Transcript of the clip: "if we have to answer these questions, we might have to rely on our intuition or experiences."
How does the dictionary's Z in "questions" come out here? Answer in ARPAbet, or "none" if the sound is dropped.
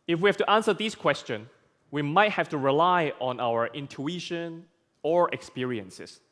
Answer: none